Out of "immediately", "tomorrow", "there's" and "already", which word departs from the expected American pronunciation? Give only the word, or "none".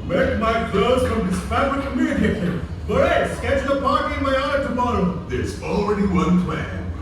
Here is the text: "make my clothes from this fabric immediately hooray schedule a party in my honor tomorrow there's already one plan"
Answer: immediately